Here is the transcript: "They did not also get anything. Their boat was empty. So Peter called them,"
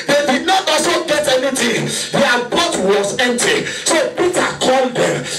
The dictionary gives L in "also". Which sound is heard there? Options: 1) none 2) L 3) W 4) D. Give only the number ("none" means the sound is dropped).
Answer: 1